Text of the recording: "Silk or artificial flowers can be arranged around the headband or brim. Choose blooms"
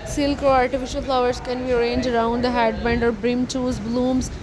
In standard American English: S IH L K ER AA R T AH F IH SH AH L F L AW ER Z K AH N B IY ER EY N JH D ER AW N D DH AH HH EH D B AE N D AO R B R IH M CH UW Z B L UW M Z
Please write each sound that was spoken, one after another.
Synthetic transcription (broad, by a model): S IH L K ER AA R T AH F IH SH AH L F L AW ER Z K AH N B IY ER EY N JH ER AW N D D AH HH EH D B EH N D AO R B R IH M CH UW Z B L UW M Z